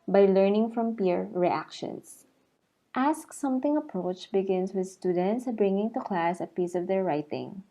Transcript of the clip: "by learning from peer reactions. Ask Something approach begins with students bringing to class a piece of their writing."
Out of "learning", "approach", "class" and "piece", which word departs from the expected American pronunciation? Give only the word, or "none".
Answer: none